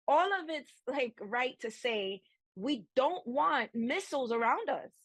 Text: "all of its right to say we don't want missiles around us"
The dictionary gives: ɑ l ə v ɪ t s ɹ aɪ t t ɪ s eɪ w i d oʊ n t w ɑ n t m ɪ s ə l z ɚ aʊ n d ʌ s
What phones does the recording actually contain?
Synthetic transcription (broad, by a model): ɑ l ə v ɪ t s l aɪ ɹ t ɪ s eɪ w i d oʊ n t w ɑ n t m ɪ s l z ɚ aʊ n d ʌ s